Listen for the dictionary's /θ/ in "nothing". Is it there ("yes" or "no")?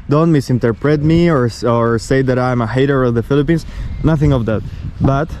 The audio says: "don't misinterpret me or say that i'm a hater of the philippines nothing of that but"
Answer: yes